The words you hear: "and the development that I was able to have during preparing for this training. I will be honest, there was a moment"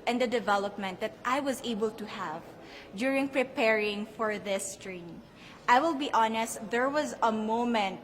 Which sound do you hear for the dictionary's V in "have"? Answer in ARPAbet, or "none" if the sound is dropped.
V